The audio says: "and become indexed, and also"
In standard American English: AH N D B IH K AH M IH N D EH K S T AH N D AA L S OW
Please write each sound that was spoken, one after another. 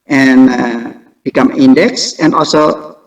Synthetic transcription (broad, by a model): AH N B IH K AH M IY N D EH K S AH N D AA L S OW